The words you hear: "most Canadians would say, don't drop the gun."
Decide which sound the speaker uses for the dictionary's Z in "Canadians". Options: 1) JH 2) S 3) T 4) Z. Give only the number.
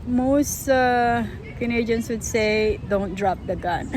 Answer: 2